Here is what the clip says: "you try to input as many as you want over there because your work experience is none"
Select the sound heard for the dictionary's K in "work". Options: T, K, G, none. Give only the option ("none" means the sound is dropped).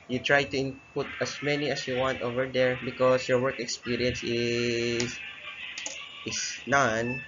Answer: K